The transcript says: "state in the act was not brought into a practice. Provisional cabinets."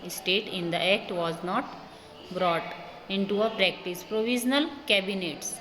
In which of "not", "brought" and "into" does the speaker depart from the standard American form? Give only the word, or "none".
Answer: none